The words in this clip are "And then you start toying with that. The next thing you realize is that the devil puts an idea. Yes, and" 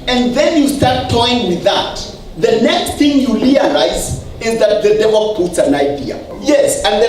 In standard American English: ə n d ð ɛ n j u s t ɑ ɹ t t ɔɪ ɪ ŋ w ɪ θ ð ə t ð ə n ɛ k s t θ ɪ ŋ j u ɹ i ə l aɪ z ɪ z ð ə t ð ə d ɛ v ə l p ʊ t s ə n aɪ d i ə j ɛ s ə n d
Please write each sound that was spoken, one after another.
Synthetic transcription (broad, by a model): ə n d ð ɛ n j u s t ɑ ɹ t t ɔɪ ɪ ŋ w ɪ ð ə t ð ə n ɛ k s t θ ɪ ŋ j u l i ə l aɪ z ɪ z ð ə t ð ə d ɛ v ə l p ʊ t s ə n aɪ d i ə j ɛ s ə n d